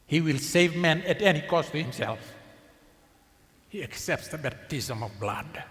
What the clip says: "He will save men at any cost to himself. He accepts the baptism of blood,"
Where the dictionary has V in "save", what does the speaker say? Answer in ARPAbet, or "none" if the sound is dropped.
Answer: V